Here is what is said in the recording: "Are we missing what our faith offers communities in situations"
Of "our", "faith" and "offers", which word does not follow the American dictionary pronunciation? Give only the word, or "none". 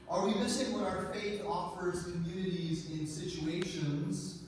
none